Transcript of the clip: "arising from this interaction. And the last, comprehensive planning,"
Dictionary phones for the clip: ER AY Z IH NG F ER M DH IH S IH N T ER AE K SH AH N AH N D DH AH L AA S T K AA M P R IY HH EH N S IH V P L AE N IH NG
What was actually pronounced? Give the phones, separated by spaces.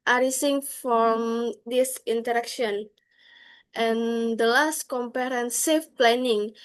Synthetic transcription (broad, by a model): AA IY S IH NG F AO M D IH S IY N T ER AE K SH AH N AH N D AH L AA S T K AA M P IY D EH N S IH F P L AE N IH NG